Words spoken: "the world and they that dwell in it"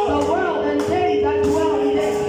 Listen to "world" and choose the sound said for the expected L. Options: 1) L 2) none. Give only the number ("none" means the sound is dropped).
1